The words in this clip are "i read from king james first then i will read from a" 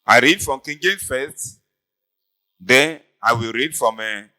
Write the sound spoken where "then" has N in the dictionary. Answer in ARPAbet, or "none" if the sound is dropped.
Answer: none